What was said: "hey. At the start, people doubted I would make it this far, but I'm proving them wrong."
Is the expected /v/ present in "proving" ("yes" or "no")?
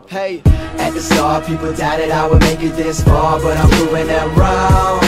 no